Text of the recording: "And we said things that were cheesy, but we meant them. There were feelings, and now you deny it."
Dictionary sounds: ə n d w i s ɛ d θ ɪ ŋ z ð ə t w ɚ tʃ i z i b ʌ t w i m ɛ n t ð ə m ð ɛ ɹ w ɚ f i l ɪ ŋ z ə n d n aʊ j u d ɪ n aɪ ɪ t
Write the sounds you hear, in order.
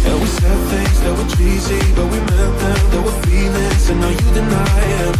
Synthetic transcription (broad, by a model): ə w i s ɛ d θ ɪ ŋ z ð ə t w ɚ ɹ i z i b ʌ t w i m ɛ n t ð ə m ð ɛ w ɚ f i n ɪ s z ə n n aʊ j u d ɪ n aɪ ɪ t